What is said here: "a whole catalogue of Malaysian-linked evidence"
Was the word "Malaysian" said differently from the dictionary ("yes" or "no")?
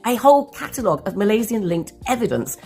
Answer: yes